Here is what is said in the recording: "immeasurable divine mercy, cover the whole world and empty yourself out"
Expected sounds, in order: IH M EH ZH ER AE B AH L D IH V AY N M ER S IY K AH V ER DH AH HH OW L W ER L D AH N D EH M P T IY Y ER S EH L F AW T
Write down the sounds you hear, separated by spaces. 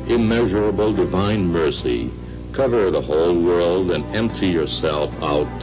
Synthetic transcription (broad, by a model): IH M EH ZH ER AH B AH L D IH V AY N M ER S IY K AH V ER DH AH HH OW L W ER L D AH N EH M P T IY Y ER S EH L F AW T